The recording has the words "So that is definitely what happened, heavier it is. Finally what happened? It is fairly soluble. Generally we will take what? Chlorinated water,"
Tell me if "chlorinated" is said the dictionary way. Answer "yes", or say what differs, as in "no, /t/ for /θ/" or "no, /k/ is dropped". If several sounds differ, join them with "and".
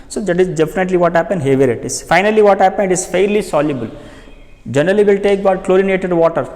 yes